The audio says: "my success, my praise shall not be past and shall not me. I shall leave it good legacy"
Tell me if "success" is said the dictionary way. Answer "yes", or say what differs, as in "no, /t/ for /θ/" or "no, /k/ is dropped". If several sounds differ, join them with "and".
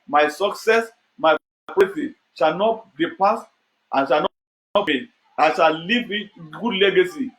yes